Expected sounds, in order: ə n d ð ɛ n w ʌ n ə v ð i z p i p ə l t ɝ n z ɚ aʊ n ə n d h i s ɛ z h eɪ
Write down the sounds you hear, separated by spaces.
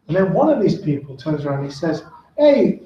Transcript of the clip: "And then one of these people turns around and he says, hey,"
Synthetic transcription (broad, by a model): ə n ð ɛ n w ʌ n ə v ð i z p i p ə l t ɝ n z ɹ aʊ ə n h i s ɛ z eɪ